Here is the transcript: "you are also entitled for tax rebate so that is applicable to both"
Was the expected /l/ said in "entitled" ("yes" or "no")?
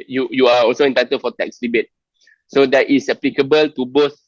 no